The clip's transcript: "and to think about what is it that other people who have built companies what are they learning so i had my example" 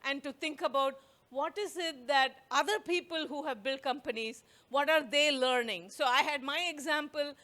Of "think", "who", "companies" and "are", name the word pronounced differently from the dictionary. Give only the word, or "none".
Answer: think